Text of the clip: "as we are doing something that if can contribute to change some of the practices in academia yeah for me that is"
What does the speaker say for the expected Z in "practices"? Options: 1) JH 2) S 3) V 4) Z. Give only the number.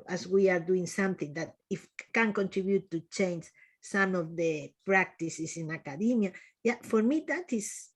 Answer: 2